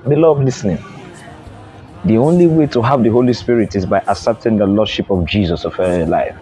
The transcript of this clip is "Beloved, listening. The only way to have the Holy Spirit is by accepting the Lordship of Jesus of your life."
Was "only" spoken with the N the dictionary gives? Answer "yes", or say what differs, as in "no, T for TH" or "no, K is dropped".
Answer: yes